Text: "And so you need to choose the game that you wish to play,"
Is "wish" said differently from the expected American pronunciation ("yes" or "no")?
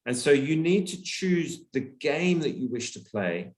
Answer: no